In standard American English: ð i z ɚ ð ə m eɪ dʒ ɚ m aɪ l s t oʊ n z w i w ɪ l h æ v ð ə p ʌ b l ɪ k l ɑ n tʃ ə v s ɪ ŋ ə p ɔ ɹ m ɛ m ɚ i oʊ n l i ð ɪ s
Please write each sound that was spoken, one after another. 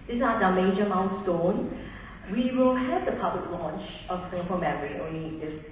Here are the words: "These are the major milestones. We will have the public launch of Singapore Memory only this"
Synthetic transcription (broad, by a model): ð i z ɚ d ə m eɪ dʒ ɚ m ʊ n s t oʊ n w i w ɪ l h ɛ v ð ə p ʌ b l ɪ k l ɑ n tʃ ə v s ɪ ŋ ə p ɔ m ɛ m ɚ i oʊ n l i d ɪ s